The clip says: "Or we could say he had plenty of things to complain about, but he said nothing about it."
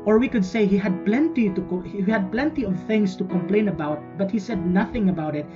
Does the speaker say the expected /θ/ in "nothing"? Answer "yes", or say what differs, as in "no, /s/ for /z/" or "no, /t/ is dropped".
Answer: yes